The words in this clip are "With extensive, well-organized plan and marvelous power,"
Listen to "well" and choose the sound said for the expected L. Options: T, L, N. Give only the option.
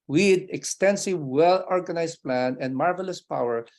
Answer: L